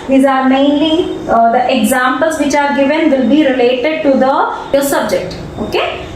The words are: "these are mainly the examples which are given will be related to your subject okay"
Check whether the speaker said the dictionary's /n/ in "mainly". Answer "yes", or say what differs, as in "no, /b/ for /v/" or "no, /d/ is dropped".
yes